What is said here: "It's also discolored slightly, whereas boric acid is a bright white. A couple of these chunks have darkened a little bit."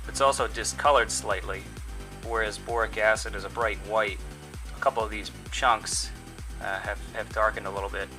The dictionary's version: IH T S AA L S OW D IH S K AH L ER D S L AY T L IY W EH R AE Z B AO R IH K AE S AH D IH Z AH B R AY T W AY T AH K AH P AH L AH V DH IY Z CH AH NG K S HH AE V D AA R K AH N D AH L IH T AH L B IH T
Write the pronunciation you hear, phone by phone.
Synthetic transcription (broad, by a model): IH T S AA L S OW D IH S K AH L ER D S L AY T L IY W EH R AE Z B AO R IH K AE S AH D IH Z AH B R AY T W AY T AH K AH P L AH V DH IY Z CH AH NG K S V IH V D AA R K AH N D AH L IH T L B IH T